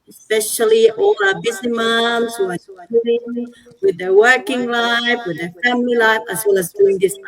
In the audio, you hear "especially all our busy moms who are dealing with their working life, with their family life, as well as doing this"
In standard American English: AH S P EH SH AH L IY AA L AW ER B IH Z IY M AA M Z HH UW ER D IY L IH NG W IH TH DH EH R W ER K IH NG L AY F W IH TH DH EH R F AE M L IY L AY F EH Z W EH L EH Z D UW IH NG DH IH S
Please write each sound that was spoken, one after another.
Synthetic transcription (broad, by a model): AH S P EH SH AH L IY AA L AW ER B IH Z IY M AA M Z HH UW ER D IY IH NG W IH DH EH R W ER K IH NG L AY F W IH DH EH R F AE M L IY L AY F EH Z W EH L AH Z D UW IH NG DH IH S